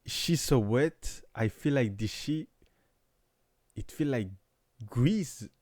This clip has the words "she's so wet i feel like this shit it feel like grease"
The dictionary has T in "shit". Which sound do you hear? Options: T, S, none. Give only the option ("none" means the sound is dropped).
none